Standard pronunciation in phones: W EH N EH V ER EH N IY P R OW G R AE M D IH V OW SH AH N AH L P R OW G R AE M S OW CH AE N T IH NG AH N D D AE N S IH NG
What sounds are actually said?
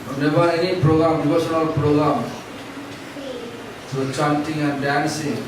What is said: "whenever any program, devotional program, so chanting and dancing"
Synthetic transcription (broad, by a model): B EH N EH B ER EH N IY P R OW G R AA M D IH B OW S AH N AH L P R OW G R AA M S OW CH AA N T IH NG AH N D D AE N S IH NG